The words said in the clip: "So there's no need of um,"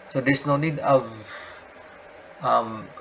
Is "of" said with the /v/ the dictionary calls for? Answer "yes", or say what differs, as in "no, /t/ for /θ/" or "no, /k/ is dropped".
yes